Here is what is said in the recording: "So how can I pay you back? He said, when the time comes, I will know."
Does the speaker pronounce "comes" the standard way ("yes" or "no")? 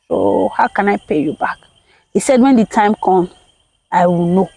no